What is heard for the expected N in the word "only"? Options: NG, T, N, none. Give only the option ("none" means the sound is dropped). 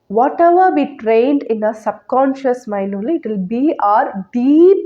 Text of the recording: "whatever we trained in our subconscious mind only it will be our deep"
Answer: none